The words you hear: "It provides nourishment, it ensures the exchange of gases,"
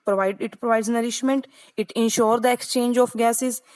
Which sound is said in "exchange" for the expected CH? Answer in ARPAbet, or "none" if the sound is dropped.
CH